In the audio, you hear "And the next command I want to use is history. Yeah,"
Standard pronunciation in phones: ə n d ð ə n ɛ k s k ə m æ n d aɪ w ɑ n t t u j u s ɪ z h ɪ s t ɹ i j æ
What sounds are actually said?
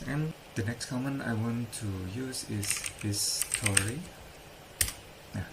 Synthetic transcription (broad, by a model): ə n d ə n ɛ k s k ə m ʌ n aɪ w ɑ n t t u j u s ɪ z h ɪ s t ɹ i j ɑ